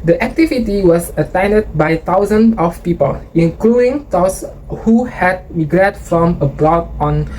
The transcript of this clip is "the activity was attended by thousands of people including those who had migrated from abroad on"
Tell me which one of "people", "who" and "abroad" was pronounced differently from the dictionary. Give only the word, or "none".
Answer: none